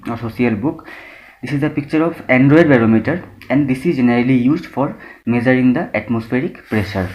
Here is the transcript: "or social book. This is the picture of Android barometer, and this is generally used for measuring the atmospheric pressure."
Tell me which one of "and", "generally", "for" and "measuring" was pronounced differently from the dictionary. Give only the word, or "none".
measuring